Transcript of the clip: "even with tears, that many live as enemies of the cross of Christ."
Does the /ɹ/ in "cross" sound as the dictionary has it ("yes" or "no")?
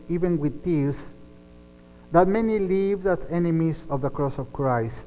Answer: yes